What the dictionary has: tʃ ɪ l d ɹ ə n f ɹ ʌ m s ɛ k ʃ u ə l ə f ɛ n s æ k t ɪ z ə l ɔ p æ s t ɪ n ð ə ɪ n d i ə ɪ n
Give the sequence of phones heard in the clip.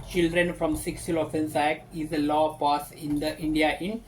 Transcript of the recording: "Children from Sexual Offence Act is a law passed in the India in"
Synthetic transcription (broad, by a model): tʃ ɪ l d ɹ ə n f ɹ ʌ m s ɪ k s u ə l ə f ɛ n s æ k t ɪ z ə l ɔ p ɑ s ɪ n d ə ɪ n d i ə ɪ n